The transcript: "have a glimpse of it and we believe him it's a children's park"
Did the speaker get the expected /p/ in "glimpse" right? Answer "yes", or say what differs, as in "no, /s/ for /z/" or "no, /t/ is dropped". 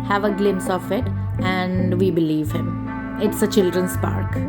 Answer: no, /p/ is dropped